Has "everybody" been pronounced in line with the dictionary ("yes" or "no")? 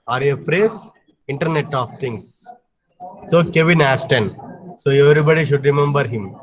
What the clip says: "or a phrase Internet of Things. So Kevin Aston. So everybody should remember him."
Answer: yes